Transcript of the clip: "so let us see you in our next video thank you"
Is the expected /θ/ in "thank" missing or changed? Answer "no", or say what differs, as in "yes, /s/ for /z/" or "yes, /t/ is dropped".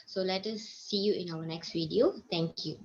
yes, /t/ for /θ/